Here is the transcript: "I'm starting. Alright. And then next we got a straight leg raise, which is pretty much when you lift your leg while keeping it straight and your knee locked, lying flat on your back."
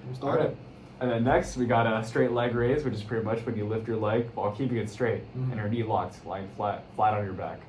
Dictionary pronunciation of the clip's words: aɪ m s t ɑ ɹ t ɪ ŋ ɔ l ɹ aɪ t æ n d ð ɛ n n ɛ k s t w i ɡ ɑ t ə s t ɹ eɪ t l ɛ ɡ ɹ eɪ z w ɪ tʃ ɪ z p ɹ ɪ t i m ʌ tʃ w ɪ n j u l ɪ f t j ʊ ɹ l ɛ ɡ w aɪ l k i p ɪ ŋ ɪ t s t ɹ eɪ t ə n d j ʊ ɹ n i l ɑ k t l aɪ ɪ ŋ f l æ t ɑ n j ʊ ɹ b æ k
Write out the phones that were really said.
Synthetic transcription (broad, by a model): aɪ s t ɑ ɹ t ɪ n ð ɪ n n ɛ k s t w i ɡ ɑ t ə s t ɹ eɪ t l ɛ ɡ ɹ eɪ z w ɪ tʃ ɪ z p ɹ ɪ t i m ʌ tʃ w ɪ n j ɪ l ɪ f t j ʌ ɹ l ɛ ɡ w aɪ l k i p ɪ ŋ ɪ t s t ɹ eɪ t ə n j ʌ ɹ n i l ɑ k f l aɪ ɪ ŋ f l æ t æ n j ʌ ɹ b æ k